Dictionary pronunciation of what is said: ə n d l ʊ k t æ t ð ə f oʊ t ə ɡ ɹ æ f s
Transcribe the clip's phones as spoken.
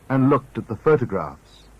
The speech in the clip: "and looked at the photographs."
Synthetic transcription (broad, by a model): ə n l ʊ k t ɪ t ð ə f oʊ t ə ɡ ɹ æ f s